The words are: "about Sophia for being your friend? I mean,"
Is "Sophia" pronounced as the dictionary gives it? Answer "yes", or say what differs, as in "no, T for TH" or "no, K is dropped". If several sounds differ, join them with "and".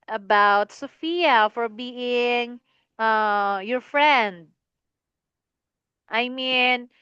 yes